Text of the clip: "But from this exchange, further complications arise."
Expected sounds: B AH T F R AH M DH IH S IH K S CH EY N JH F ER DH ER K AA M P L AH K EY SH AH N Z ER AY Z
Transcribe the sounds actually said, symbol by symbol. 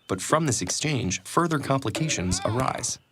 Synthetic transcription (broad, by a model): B AH T F R AH M DH IH S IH K S CH EY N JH F ER DH ER K AA M P L AH K EY SH AH N Z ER AY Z